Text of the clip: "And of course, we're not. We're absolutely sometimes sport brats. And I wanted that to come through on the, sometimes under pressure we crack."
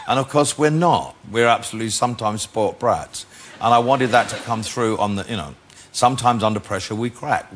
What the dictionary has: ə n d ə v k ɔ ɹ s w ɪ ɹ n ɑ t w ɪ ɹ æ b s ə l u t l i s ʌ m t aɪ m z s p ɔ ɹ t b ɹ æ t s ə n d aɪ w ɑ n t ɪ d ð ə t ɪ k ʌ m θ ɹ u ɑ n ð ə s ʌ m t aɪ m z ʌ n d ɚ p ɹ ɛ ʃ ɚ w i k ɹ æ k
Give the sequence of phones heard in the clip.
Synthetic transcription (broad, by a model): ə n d ə v k ɔ ɹ s w ɪ ɹ n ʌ t w ɪ ɹ æ b s ə l u t l i s ʌ m t aɪ m z s p ɔ ɹ t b ɹ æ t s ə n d aɪ w ɑ n t ɪ d ð ə t ɪ k ʌ m θ ɹ u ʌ n ð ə s ʌ m t aɪ m z ʌ n d ɚ p ɹ ɛ ʃ ɚ w i k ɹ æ k